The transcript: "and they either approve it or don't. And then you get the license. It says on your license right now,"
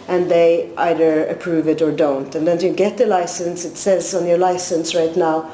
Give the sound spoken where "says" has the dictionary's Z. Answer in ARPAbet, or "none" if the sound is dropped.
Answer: Z